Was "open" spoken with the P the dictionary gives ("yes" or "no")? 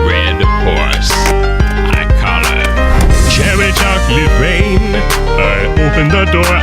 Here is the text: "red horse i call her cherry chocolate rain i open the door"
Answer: yes